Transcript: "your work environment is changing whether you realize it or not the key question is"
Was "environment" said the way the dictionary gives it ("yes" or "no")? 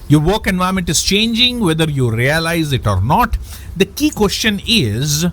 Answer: no